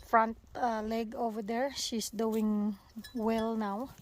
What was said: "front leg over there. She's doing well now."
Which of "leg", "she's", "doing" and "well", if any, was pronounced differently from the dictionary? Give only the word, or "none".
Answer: she's